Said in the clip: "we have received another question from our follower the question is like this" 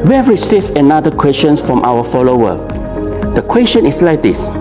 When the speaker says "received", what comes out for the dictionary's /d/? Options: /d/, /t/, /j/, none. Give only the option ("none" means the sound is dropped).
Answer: none